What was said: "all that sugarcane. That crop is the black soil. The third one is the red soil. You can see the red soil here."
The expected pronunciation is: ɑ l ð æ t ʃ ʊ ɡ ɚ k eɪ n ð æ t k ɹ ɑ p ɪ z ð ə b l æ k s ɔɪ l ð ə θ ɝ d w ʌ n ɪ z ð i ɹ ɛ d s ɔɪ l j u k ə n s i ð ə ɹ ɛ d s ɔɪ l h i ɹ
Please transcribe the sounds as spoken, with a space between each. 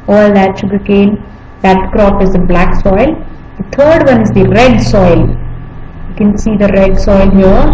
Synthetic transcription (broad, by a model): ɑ l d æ t ʃ ʊ ɡ ɚ k eɪ n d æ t k ɹ ɑ p ɪ z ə b l æ k s ɔɪ l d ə t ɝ d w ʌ n ɪ z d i ɹ ɛ d s ɔɪ l j u k ə n s i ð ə ɹ ɛ d s ɔɪ l h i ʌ